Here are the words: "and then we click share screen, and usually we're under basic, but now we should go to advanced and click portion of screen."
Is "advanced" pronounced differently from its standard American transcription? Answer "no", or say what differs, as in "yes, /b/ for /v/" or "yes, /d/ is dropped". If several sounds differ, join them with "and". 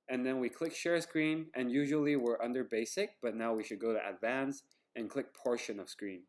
no